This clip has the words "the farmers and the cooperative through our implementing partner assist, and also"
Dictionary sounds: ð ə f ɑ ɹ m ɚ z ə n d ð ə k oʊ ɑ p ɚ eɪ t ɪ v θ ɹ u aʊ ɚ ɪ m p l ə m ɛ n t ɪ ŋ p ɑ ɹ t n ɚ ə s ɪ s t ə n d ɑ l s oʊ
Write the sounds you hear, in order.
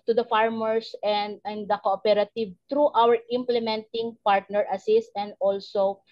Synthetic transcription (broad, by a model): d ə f ɑ ɹ m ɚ s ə n d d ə k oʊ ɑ p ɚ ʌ t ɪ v t ɹ u aʊ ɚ ɪ m p l ə m ɛ n t ɪ ŋ p ɑ ɹ t n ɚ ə s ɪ s t ə n d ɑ l s oʊ